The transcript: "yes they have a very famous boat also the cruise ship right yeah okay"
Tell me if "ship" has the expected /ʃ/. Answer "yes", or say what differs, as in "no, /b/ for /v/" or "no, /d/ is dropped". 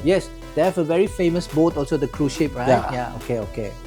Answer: yes